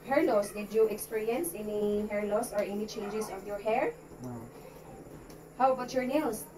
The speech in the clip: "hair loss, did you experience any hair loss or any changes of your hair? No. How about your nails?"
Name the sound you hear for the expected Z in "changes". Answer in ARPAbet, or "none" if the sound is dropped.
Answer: S